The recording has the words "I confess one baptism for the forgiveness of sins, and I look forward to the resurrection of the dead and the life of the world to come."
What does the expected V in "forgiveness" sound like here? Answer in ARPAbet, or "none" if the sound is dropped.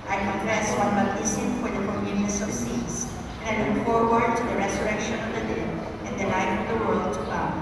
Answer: none